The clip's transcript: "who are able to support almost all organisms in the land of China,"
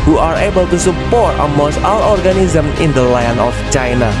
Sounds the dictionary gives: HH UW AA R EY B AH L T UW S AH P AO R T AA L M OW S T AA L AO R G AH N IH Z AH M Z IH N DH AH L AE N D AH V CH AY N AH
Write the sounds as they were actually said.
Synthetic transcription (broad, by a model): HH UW AA R EY B AH L T UW S AH P AO R T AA M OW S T AA L AO R G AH N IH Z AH M IH N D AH L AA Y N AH F CH AY N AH